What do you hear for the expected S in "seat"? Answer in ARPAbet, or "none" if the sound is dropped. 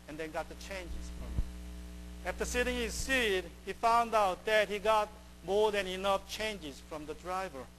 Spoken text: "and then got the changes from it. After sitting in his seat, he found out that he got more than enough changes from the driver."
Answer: S